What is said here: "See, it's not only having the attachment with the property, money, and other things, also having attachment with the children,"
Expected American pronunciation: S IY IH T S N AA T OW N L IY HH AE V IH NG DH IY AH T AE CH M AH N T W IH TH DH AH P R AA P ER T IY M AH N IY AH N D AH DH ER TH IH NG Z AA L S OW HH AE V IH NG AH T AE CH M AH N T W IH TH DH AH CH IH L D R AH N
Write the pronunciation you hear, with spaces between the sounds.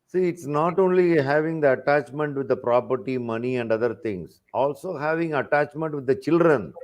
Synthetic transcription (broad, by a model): S IY IH T S N AA T OW N L IY HH AE V IH NG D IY AH T AE CH M AH N T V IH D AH P R AA P ER T IY M AH N IY AH N D AH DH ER T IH NG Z AA L S OW HH AE V IH NG AH T AE CH M AH N T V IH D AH CH IH L D R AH N